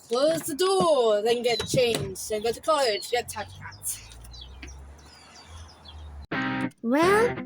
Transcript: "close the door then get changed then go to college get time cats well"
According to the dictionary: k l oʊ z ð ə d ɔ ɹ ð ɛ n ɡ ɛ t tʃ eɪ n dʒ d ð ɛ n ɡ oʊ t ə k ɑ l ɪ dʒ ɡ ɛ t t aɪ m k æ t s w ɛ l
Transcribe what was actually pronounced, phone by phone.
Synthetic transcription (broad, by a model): k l oʊ z ð ə d ɔ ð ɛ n ɡ ɛ t tʃ eɪ n dʒ d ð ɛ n ɡ oʊ t ə k ɑ l ɪ dʒ ɡ ɛ t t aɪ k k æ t w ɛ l